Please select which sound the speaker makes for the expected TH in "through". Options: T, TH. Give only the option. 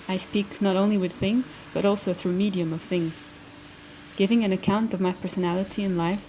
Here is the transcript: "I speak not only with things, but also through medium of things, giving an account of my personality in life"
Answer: TH